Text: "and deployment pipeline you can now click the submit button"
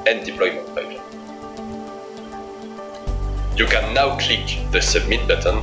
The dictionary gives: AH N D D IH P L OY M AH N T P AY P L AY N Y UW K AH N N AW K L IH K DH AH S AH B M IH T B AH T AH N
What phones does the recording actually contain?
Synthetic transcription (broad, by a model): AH N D D IH P L OY M AH N T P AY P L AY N Y UW K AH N N AW K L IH K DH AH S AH M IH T B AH T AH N